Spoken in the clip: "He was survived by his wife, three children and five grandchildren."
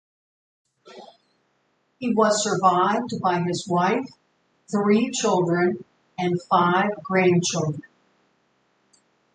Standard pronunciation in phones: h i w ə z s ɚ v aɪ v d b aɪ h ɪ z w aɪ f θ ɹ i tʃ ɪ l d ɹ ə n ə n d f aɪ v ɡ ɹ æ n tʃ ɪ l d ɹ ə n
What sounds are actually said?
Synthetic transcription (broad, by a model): h i w ə z s ɚ v aɪ v d b aɪ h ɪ z w aɪ f θ ɹ i tʃ ɪ l d ɹ ə n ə n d f aɪ v ɡ ɹ æ n tʃ ɪ l d ɹ ə n